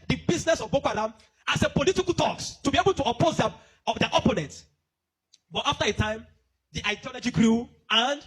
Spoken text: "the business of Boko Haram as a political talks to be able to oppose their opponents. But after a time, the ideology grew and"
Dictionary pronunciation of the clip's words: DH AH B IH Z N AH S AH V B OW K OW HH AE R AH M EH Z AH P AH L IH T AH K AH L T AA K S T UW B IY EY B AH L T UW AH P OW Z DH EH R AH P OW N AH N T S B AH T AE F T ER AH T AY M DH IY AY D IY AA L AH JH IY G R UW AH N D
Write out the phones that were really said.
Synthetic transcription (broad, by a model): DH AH B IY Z N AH S AH V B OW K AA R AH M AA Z AH P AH L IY T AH K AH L T AA K S T UW B IY EY B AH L T UW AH P OW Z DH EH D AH P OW N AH N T B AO T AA F T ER AH T AY M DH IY AY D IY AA L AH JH IY G R UW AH N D